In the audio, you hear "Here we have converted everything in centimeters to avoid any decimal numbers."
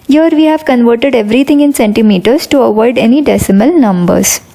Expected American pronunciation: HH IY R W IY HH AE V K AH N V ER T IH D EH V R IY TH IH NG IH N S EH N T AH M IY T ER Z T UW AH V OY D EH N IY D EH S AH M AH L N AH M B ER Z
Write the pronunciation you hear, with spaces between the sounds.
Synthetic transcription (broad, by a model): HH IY R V IY HH AE V K AH N V ER T IH D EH V R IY T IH NG IH N S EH N T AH M IY T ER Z T UW AH V OY D EH N IY D EH S AH M AH L N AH M B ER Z